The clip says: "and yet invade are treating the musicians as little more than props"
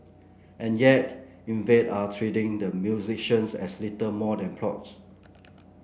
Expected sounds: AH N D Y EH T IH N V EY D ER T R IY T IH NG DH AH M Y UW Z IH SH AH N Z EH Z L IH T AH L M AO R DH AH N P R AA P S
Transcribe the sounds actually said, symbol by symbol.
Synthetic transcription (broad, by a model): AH N Y EH T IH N V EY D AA T R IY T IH NG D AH M Y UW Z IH SH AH N S EH S L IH T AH M AO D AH N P L AA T S